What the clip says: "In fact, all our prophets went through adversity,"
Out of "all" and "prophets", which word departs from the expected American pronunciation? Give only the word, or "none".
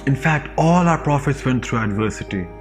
none